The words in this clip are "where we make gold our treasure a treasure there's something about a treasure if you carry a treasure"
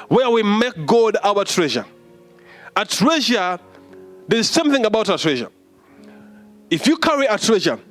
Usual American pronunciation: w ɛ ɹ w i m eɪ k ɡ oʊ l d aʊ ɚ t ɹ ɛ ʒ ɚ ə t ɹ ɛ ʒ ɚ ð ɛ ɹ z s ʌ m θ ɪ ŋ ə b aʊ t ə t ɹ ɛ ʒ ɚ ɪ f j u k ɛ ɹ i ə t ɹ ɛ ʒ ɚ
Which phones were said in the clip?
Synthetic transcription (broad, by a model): w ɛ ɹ w i m eɪ k ɡ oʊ d aʊ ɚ t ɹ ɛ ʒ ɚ ə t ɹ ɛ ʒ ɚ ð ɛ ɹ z s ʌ m θ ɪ ŋ ə b aʊ t ə t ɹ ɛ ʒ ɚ ɪ f j u k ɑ ɹ i ə t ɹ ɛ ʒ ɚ